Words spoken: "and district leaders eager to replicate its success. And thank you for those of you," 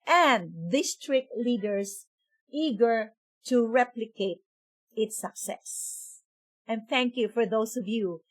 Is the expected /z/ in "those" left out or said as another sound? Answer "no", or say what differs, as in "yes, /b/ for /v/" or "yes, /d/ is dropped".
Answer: yes, /s/ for /z/